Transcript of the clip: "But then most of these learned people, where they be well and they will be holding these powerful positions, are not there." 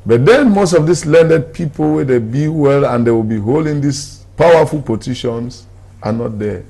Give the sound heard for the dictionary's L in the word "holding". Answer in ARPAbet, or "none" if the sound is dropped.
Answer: L